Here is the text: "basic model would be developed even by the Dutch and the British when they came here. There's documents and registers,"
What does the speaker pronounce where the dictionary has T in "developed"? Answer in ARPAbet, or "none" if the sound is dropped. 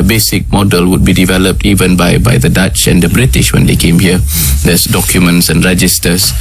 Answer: T